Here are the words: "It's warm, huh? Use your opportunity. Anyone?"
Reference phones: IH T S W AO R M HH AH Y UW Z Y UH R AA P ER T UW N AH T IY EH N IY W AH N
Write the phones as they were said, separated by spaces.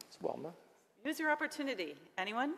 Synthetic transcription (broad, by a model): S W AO L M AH Y UW Z Y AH R AA P ER T UW N AH T IY EH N IY W AH N